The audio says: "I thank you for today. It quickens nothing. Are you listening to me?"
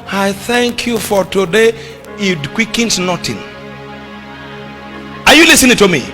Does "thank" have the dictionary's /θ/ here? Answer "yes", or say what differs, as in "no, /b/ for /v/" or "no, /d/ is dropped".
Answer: yes